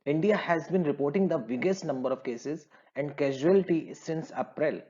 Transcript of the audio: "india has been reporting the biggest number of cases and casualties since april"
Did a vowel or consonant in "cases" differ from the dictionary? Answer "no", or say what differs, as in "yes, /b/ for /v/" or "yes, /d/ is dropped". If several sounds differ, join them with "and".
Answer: no